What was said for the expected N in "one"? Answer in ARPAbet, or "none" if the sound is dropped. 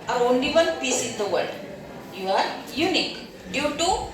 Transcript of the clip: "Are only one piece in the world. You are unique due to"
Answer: L